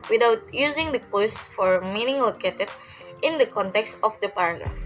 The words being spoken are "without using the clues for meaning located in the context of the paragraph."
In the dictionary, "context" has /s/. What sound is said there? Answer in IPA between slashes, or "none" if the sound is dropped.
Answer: /s/